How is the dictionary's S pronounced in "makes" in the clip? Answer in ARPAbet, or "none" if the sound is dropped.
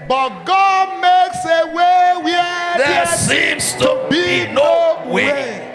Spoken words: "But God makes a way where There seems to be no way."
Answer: S